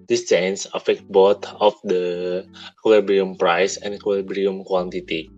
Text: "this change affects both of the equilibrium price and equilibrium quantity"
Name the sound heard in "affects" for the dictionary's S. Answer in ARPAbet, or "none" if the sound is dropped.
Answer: none